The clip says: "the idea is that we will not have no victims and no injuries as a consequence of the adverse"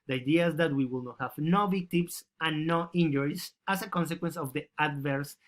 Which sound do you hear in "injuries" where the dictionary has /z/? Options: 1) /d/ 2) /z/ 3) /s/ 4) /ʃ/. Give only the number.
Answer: 3